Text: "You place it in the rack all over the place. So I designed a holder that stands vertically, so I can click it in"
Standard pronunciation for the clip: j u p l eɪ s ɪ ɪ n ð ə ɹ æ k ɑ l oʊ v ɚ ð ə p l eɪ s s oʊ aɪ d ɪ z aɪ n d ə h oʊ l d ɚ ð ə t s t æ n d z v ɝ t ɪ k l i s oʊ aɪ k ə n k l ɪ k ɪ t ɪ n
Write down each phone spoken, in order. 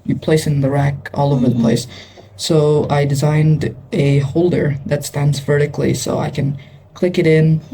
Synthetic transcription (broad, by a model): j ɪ p l eɪ s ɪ ɪ n ð ə ɹ æ k ɑ l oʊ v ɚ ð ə p l eɪ s s oʊ aɪ d ɪ z aɪ n d ə h oʊ l d ɚ ð ə t s t æ n d z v ɝ t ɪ k l i s oʊ aɪ k ə n k l ɪ k ɪ t ɪ n